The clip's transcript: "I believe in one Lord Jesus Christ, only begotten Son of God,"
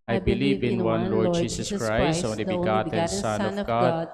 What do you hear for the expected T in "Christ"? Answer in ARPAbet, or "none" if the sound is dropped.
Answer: none